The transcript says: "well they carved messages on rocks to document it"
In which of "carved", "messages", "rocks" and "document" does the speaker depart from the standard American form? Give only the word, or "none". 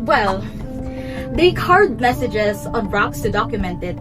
carved